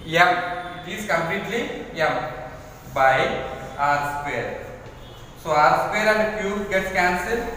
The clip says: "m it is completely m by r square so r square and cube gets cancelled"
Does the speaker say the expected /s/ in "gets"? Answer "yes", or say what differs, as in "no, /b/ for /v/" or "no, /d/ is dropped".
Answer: no, /s/ is dropped